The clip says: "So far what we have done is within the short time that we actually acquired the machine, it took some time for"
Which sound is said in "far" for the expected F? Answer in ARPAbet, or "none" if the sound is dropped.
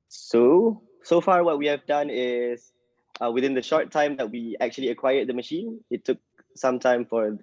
F